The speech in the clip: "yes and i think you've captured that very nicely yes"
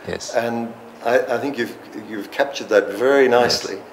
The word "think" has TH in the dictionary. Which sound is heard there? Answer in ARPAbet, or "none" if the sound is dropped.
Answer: TH